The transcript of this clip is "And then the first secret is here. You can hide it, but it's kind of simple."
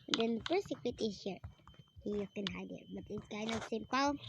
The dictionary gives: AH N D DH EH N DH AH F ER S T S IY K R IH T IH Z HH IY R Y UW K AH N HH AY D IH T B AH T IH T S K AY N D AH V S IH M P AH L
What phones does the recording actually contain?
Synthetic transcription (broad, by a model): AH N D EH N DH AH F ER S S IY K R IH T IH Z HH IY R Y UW K AH N HH AY D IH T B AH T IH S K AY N AH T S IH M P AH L